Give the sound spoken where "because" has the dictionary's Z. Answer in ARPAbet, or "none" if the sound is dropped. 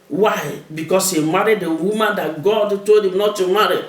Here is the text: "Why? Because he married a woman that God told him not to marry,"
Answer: S